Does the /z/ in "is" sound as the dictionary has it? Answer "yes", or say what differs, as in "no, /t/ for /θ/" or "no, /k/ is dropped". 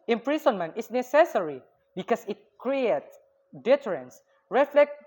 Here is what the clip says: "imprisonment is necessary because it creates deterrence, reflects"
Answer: no, /s/ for /z/